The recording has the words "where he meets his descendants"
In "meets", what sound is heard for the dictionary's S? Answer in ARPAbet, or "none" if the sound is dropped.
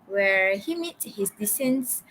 none